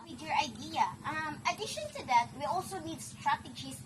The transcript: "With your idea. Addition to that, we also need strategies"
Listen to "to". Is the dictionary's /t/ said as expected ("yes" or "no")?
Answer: yes